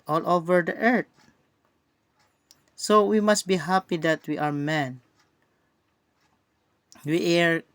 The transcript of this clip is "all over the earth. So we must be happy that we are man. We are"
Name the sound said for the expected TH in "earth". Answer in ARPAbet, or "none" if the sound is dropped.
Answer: T